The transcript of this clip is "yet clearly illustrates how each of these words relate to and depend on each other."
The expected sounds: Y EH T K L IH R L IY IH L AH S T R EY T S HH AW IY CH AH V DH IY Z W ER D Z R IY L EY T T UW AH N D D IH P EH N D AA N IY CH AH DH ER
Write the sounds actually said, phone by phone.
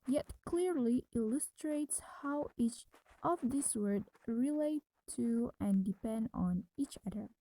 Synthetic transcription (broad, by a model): Y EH T K L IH R L IY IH L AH S T R EY T S HH AW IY CH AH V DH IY S W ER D R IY L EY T T UW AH N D D IH P EH N D AA N IY CH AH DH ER